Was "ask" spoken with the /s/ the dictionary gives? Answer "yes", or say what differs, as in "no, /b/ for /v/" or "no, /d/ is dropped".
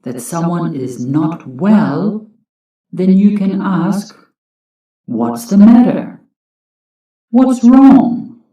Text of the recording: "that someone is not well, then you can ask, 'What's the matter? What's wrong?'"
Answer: yes